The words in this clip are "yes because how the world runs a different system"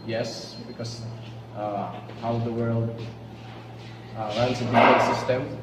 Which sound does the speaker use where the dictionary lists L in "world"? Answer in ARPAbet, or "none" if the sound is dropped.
L